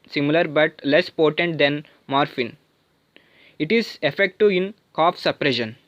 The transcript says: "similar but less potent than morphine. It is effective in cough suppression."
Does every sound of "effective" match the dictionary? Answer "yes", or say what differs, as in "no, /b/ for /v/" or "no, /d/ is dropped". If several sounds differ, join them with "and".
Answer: no, /v/ is dropped